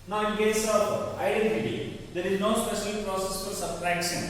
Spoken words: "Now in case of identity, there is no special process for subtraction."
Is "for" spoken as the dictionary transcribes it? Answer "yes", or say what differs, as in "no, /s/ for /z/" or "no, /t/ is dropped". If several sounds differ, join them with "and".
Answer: no, /l/ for /ɹ/